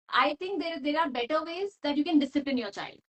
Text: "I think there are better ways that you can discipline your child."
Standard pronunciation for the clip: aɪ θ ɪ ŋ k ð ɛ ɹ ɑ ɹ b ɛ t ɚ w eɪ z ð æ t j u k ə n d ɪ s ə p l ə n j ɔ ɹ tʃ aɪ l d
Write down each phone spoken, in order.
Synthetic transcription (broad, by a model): aɪ t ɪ ŋ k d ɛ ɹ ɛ ɹ b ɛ t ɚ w eɪ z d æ t j u k ə n d ɪ s ə p l ə n j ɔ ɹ tʃ aɪ l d